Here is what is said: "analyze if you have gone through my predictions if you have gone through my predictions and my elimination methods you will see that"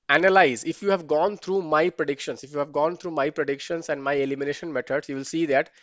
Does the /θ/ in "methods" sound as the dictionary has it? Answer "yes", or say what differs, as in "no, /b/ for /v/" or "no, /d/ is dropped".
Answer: no, /t/ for /θ/